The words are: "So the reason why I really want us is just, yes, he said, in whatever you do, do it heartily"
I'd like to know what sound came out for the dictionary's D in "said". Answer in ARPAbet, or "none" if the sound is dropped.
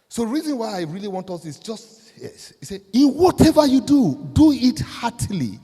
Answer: none